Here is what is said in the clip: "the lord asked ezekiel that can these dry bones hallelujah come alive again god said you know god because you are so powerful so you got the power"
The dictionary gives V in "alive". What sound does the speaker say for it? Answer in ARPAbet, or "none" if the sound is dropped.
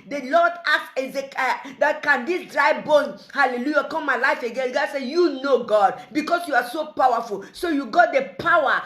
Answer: F